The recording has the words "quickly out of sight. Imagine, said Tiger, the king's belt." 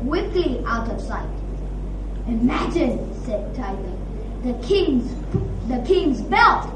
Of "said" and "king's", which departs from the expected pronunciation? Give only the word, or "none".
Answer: none